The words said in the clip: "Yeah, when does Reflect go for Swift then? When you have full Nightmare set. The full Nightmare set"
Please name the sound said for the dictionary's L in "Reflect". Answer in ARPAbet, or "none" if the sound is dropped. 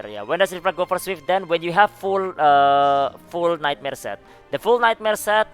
none